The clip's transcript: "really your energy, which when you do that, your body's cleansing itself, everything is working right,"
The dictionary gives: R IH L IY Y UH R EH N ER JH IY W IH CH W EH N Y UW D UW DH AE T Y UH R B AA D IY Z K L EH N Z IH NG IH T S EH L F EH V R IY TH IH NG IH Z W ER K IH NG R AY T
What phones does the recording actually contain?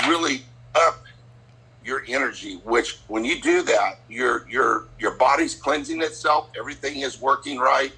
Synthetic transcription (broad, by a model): R IH L IY Y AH R EH N ER JH IY W IH CH W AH N Y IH D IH DH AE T Y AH R B AA D IY Z K L EH N Z IH NG IH T S EH L F EH V R IY TH IH NG IH Z W ER K IH NG R AY T